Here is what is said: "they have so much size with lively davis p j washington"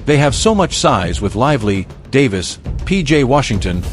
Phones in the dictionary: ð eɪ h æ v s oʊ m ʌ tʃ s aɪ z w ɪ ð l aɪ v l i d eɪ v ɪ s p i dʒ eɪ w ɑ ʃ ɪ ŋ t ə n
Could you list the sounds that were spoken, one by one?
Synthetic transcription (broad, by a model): ð eɪ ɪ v s oʊ m ʌ tʃ s aɪ z w ɪ ð l aɪ v l i d eɪ v ɪ s p i dʒ eɪ w ɑ ʃ ɪ ŋ t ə n